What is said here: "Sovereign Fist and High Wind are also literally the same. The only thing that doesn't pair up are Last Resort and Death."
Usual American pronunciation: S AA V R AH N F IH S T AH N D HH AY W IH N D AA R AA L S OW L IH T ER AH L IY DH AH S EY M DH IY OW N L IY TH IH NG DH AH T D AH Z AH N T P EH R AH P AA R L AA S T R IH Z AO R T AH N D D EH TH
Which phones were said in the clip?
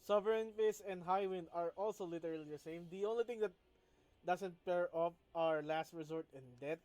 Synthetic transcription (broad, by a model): S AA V R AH N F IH S AH N D HH AY W IH N D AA R AA L S OW L IH T ER AH L IY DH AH S EY M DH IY OW N L IY T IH NG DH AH T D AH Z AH N T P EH R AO F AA R L AA S T R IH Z AO R T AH N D D EH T